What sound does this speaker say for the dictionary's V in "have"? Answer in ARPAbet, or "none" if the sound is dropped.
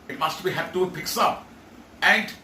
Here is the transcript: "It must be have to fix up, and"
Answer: P